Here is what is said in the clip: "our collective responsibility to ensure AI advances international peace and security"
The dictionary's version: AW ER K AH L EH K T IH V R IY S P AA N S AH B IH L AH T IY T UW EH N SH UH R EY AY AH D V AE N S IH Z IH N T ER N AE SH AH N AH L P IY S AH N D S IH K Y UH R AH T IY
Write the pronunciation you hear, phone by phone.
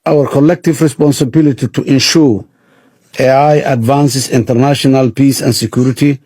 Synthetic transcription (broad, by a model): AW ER K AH L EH K T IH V R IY S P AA N S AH B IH L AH T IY T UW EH N SH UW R EY AY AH D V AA N S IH S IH N T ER N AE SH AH N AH L P IY S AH N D S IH K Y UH R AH T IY